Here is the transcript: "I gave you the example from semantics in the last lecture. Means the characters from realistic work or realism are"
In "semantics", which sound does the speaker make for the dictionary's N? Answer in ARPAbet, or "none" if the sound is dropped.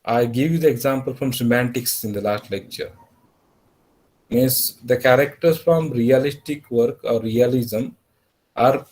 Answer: N